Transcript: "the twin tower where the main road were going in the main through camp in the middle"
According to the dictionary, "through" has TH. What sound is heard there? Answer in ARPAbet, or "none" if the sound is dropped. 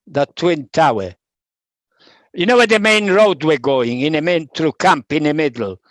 T